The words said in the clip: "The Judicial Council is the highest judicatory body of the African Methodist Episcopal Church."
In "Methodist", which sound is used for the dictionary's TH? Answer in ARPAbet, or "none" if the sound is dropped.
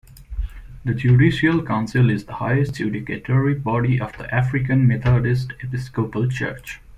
T